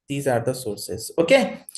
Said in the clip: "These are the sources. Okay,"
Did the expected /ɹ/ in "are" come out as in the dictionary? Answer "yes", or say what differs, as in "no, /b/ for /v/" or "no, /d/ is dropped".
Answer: yes